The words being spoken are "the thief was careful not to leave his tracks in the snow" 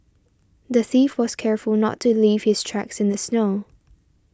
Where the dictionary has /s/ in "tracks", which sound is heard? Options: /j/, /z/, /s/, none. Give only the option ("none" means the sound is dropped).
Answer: /s/